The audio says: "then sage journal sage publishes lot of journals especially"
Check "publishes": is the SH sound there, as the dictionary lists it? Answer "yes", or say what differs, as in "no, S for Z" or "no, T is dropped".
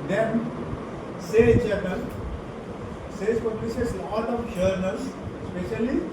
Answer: no, S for SH